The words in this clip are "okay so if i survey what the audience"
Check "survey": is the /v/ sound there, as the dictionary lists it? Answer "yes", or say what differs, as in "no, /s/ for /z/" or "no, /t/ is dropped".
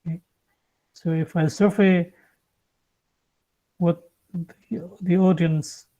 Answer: no, /f/ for /v/